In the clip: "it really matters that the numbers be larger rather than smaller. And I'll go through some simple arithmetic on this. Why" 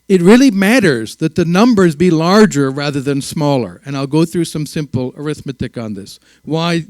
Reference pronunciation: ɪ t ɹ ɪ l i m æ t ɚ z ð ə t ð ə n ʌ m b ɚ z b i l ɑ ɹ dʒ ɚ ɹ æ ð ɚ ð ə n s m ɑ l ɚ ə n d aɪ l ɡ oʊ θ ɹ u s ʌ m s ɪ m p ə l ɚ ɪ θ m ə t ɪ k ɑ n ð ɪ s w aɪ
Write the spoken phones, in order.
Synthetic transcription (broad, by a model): ɪ t ɹ ɪ l i m æ t ɚ z ð ə t ð ə n ʌ m b ɚ z b i l ɑ ɹ dʒ ɚ ɹ æ ð ɚ ð ə n s m ɑ l ɚ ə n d aɪ l ɡ oʊ θ ɹ u s ʌ m s ɪ m p l ɚ ɪ θ m ə t ɪ k n ð ɪ s w aɪ